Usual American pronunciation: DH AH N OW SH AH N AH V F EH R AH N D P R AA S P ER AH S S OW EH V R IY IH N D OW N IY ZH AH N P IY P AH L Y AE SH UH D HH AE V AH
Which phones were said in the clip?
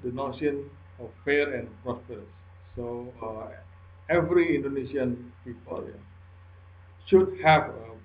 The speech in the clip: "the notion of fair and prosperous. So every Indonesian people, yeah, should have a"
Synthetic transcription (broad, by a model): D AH N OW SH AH N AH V F EH R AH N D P R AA S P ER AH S S OW EH V R IY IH N D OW N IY S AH N P IY P AH L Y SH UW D HH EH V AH